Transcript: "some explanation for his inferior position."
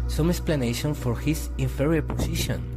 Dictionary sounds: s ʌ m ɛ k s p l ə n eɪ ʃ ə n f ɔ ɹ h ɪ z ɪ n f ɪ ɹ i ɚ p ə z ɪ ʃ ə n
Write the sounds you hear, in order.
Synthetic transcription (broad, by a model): s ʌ m ɛ k s p l ə n eɪ ʃ ə n f ɔ ɹ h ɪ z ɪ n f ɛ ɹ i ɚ p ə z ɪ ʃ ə n